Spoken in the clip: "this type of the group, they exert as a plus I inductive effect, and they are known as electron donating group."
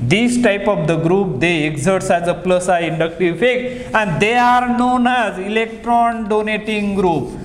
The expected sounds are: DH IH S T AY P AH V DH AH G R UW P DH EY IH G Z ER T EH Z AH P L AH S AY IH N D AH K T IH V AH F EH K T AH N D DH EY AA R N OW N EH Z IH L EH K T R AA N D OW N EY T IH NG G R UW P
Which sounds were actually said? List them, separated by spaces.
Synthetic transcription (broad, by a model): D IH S T AY P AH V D AH G R UW P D EY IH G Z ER T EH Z AH P L AH S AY IH N D AH K T IH V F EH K AH N D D EY AA R N OW N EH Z IH L EH K T R AA N D OW N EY T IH NG G R UW P